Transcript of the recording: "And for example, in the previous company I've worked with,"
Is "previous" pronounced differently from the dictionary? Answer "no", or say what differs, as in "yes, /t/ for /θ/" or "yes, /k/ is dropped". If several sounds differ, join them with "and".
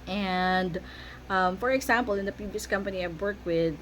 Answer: yes, /ɹ/ is dropped